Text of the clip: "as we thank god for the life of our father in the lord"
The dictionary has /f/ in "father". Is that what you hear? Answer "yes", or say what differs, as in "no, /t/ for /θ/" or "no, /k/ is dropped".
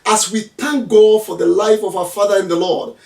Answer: yes